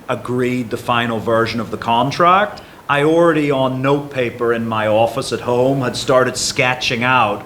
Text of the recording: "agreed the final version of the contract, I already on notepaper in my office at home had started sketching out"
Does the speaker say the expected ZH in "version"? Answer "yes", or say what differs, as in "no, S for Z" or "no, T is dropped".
yes